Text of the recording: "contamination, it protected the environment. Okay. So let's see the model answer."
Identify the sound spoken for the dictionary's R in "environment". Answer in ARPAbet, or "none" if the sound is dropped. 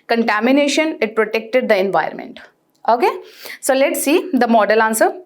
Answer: none